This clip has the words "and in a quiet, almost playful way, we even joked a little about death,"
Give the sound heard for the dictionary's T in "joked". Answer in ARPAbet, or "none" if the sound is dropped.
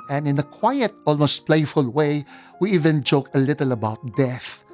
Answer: none